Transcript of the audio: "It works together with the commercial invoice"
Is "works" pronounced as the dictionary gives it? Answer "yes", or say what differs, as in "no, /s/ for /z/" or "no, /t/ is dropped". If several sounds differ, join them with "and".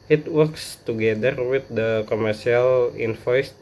yes